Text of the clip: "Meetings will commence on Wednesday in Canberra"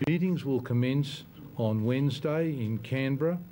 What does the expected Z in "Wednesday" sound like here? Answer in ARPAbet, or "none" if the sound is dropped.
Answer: Z